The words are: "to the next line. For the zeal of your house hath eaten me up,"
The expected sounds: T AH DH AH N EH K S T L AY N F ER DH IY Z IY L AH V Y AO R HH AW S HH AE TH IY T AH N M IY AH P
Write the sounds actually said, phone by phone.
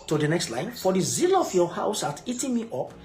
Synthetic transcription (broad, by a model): T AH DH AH N EH K S T L AY N F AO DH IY Z IY L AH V Y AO HH AW S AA T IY T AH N M IY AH P